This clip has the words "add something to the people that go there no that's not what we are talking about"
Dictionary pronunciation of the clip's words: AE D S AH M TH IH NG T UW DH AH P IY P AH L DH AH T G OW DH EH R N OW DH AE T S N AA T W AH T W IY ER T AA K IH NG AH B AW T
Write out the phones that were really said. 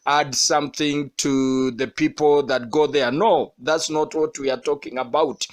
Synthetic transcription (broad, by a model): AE D S AH M TH IH NG T UW DH AH P IY P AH L DH AH T G OW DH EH R N OW DH AE T S N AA T W AH T W IY ER T AA K IH NG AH B AW T